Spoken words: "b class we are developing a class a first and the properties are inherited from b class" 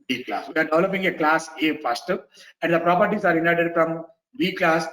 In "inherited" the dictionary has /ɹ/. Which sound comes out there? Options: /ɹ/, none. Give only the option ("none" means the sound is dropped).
none